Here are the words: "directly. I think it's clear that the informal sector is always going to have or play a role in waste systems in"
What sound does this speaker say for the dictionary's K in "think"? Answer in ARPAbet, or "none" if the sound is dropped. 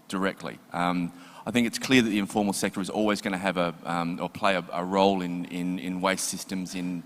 K